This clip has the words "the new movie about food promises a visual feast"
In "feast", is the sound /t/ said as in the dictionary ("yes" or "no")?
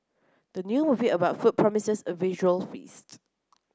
yes